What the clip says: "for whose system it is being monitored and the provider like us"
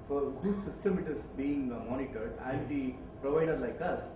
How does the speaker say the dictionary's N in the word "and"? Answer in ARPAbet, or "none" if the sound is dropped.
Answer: L